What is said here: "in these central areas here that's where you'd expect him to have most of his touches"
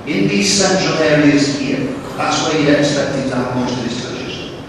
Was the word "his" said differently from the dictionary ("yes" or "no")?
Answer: yes